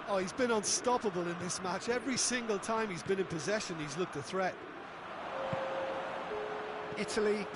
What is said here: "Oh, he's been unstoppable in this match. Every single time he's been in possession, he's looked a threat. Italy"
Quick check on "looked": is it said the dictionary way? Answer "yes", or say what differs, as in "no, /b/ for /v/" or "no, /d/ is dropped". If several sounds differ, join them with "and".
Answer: yes